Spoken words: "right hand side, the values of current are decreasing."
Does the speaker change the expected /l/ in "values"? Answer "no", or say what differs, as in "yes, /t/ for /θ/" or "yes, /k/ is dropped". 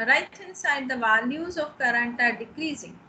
yes, /n/ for /l/